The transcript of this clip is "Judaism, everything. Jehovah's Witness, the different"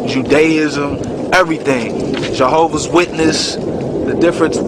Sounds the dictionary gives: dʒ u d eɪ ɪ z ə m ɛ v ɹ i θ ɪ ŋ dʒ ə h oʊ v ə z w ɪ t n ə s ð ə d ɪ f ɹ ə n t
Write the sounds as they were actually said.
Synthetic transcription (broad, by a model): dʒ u d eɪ ɪ z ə m ɛ v ɹ i θ ɪ ŋ dʒ ə h oʊ v ə z w ɪ t n ə s ð ə d ɪ f ɹ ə n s